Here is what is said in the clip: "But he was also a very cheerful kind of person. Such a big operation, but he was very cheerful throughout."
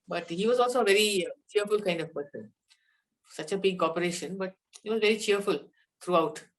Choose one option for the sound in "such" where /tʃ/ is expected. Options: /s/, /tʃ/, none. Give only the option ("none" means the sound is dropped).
/tʃ/